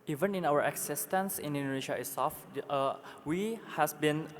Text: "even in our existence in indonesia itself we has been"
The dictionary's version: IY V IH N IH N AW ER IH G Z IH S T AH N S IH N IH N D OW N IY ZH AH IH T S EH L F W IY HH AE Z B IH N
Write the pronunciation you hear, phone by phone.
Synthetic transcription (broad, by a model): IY V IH N IH N AW ER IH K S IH S T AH N S IH N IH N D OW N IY SH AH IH S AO F W IY HH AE S B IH N